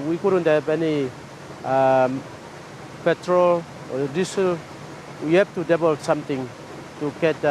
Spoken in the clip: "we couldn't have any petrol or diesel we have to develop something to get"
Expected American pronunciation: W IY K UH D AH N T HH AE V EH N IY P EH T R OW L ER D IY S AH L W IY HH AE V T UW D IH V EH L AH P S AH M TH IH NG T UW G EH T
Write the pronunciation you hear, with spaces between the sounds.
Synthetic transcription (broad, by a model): W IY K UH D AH N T HH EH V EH N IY P EH T R OW L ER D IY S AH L W IY HH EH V T UW D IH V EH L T S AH M T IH NG T UW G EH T